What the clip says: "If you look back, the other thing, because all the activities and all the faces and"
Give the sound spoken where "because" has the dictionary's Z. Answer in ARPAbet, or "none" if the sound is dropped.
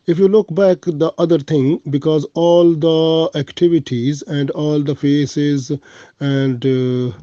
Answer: Z